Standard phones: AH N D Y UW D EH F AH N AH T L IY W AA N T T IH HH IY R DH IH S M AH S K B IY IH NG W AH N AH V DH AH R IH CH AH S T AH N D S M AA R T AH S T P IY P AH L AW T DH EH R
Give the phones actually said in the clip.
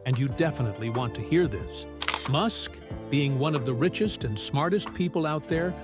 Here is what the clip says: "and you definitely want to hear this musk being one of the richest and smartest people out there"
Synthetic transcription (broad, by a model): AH N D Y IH D EH F AH N AH T L IY W AA N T T IH HH IY R DH IH S M AH S K B IY IH NG W AH N AH V DH AH R IH CH AH S T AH N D S M AA R T AH S T P IY P L AW T DH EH R